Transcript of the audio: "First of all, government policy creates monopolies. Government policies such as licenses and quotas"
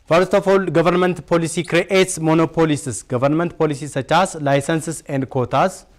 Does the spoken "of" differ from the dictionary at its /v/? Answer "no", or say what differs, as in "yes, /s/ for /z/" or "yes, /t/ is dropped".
yes, /f/ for /v/